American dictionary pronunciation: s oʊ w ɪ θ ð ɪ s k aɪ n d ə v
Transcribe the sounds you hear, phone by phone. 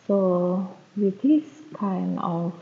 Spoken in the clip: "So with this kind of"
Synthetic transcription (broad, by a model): s oʊ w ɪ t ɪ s k aɪ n ə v